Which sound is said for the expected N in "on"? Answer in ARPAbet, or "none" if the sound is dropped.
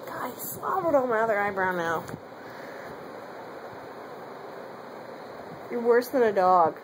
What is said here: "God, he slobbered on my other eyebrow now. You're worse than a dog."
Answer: L